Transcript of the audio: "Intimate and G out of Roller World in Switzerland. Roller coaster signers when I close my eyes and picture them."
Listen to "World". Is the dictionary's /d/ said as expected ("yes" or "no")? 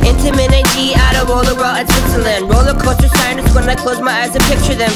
no